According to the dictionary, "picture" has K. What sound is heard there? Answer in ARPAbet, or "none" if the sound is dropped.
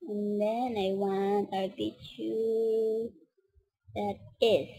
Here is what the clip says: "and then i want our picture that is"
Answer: none